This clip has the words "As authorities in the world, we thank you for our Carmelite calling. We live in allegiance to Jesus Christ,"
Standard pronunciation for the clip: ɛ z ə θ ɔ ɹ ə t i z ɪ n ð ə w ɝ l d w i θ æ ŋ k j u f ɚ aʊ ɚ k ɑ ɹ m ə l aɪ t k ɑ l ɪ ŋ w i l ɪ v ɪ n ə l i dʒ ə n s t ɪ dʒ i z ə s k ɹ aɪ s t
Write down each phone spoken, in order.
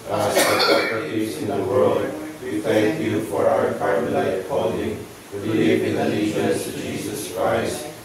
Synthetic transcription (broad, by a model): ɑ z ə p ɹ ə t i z ɪ n ð ə w ɝ l d w i θ æ ŋ k j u f ɚ aʊ ɚ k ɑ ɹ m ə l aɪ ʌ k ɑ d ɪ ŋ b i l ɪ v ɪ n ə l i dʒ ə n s t ɪ dʒ i z ə s k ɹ aɪ s t